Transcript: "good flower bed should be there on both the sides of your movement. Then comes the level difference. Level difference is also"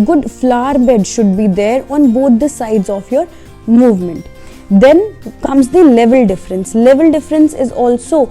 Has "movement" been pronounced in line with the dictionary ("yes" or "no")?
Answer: yes